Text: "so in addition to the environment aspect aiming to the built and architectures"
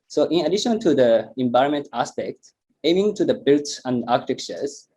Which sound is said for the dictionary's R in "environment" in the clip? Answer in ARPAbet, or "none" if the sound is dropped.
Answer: none